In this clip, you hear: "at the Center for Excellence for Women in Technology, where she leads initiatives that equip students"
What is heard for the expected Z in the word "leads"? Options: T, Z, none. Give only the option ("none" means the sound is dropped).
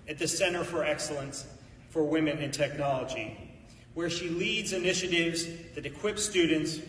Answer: Z